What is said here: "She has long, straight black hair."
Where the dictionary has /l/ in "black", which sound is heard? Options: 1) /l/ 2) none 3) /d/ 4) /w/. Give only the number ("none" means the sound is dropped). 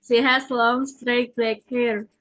2